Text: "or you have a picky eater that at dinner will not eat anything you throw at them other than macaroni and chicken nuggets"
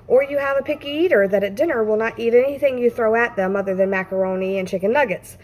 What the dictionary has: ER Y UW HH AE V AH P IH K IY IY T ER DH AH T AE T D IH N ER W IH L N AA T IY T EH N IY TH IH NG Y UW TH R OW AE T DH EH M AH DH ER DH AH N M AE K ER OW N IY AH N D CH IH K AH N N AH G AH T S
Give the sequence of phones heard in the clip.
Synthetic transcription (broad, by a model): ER Y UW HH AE V AH P IH K IY IY T ER DH AH T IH T D IH N ER W IH L N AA T IY T EH N IY TH IH NG Y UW TH R OW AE T DH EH M AH DH ER DH AH N M AE K ER OW N IY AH N CH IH K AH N N AH G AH T S